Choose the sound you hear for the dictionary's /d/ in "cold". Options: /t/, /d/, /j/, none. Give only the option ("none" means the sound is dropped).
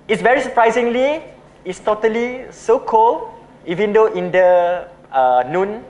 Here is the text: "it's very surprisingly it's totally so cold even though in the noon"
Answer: none